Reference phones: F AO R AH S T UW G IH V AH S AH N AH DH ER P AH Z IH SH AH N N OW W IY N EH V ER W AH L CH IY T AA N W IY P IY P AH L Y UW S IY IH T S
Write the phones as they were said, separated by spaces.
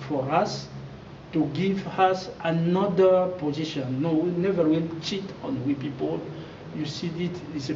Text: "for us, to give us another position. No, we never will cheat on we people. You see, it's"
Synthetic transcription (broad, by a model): F AO R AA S T UW G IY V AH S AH N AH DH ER P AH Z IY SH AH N N OW W IY N EH V ER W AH N CH IY T AA N W IY P IY P AH L Y UW S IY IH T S